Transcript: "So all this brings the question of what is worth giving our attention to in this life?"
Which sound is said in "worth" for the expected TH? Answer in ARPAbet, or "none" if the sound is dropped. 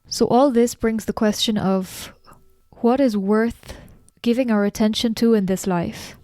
TH